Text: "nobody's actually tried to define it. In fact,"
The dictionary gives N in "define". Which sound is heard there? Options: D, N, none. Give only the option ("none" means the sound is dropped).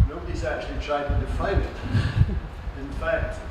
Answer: none